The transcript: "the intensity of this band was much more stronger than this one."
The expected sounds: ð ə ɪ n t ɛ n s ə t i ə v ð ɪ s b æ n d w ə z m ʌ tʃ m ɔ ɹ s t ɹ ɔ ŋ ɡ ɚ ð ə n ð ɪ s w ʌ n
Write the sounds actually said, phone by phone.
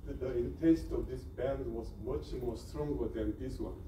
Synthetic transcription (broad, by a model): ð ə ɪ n t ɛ s t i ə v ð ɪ s b æ n d w ə z m ʌ tʃ m ɔ ɹ s t ɹ ɔ ŋ ɡ ɚ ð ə n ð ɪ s w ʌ n